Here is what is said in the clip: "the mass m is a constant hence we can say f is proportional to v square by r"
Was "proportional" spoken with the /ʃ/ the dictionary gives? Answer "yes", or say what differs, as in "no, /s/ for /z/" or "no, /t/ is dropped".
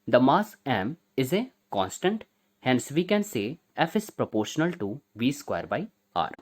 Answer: yes